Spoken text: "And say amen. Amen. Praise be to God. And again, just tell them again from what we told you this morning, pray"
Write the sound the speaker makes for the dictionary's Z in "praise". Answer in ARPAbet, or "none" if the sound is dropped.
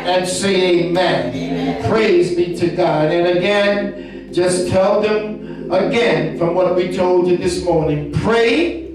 Z